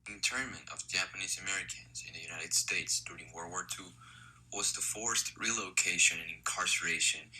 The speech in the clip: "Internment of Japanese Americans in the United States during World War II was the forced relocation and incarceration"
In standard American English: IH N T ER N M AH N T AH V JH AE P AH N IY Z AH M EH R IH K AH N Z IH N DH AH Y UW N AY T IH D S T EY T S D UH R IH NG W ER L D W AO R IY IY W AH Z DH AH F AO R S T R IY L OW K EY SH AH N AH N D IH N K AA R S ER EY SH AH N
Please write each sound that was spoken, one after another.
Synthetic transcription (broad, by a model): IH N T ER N M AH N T AH V JH AE P AH N IY Z AH M EH R IH K AH N Z IH N DH AH Y UW N AY T IH D S T EY T S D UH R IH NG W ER W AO R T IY W AH Z DH AH F AO R S T R IY L OW K EY SH AH N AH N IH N K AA R S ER EY SH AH N